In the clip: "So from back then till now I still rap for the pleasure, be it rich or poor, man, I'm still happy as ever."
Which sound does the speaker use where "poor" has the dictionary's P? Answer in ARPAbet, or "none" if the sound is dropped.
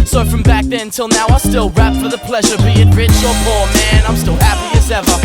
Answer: F